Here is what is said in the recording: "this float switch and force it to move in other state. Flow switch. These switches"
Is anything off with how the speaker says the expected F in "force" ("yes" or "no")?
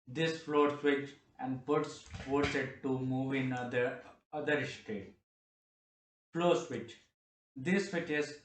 yes